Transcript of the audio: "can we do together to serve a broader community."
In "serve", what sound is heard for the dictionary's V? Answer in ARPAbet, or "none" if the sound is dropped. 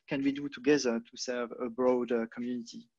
V